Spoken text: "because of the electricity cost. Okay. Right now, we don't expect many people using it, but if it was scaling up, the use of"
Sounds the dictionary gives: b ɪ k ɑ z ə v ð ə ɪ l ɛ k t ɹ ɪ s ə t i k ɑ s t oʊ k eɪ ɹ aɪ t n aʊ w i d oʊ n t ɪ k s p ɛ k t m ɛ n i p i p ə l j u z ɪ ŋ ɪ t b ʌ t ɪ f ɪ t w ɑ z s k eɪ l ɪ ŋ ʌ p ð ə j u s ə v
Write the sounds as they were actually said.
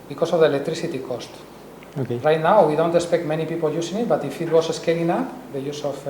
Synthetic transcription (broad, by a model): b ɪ k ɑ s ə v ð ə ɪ l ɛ k t ɹ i s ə t i k ɑ s t oʊ k eɪ ɹ aɪ t n aʊ w i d oʊ n t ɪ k s p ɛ k t m ɛ n i p i p ə l j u s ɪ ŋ ɪ t b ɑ t ɪ f ɪ t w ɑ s s k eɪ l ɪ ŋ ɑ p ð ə j u s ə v